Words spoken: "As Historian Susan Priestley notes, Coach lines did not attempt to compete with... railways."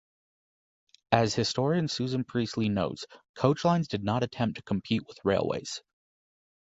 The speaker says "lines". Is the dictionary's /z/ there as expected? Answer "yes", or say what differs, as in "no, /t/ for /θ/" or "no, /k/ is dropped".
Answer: yes